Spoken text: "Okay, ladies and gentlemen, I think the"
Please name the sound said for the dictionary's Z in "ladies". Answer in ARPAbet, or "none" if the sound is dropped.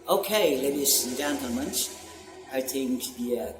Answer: none